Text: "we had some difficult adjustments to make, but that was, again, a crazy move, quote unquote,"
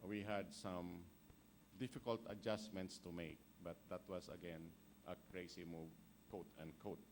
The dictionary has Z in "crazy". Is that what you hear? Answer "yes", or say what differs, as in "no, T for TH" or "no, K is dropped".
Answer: no, S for Z